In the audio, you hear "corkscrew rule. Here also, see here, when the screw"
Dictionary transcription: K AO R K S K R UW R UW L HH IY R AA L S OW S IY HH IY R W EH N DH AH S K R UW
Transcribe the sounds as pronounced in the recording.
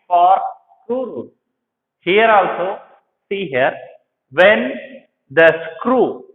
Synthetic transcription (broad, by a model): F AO R S K R UW R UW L HH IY R AA L S OW S IY HH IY R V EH N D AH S K R UW